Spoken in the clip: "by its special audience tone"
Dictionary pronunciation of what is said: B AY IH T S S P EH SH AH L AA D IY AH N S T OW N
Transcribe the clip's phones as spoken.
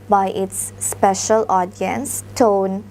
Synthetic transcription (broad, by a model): B AY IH T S S P EH SH AH L AA D IY AH N S T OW N